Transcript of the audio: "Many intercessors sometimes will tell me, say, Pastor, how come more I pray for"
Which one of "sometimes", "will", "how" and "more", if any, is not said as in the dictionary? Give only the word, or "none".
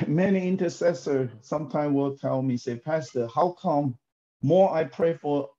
sometimes